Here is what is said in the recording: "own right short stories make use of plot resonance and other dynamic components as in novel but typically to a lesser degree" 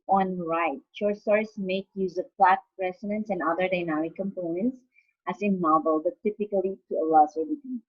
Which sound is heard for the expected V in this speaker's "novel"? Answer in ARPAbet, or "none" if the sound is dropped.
B